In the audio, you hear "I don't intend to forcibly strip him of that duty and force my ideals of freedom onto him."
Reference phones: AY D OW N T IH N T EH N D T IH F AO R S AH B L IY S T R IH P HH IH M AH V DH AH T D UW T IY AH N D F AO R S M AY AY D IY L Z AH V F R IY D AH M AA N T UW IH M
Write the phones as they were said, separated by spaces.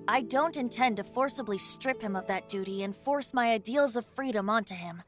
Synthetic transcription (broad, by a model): AY D OW N T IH N T EH N T IH F AO R S AH B L IY S T R IH P HH IH M AH V DH AH T D UW T IY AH N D F AO R S M AY AY D IY L Z AH V F R IY D AH M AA N T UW IH M